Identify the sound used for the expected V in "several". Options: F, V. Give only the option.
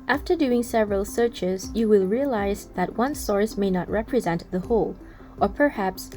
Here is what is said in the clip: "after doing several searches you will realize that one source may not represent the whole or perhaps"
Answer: V